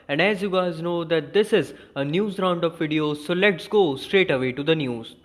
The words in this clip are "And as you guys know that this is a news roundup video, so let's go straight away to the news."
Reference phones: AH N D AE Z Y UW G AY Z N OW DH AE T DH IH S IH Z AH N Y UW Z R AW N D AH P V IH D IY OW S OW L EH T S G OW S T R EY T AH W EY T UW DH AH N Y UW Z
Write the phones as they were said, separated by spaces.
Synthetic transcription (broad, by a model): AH N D AE Z Y UW G AY Z N OW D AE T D IH S IH Z AH N Y UW Z R AW N D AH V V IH D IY OW S OW L EH T S G OW S T R EY T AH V EY T UW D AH N Y UW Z